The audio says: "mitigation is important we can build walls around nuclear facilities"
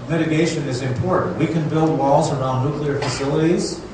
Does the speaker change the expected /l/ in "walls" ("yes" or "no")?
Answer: no